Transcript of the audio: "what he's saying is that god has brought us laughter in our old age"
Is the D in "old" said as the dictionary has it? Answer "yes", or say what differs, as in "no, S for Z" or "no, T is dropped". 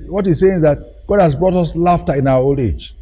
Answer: no, D is dropped